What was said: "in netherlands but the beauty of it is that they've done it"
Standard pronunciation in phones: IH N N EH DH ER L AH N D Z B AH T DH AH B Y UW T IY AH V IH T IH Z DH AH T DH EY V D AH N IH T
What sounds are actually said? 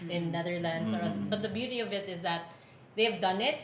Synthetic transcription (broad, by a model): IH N N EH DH ER L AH N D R B AH T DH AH B Y UW T IY AH V IH T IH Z DH AH T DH EY V D AH N IH T